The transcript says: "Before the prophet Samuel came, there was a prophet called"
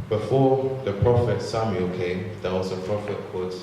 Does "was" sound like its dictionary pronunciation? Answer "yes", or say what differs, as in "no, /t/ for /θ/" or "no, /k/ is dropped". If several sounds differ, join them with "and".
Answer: no, /s/ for /z/